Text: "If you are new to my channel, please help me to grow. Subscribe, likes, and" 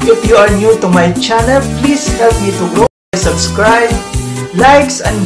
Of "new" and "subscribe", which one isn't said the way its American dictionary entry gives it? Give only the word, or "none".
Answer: none